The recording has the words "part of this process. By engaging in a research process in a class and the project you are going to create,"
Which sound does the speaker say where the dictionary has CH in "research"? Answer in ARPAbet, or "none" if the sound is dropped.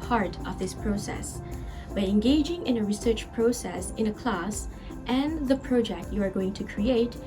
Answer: CH